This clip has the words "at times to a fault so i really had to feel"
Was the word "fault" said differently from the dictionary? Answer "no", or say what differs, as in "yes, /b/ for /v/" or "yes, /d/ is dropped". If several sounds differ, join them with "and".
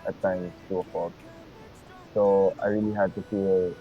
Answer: yes, /l/ is dropped